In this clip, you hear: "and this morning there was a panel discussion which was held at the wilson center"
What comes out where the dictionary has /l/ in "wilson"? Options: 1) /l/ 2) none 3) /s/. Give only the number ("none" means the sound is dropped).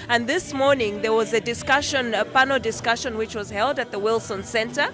1